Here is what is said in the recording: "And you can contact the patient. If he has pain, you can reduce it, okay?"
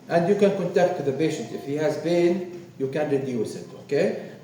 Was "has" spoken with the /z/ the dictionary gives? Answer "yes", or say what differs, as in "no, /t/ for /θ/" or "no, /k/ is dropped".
yes